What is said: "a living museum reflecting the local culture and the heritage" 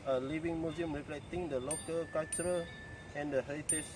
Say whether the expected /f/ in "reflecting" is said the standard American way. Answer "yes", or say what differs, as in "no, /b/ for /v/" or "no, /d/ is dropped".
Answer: no, /p/ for /f/